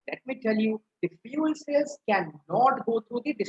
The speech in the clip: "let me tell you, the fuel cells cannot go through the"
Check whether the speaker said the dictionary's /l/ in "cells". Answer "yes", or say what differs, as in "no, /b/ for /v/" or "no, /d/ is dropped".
no, /l/ is dropped